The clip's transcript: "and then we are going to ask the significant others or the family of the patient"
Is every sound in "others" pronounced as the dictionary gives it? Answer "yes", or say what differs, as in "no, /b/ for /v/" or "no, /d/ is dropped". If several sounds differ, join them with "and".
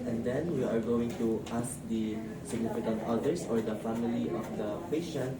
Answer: no, /s/ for /z/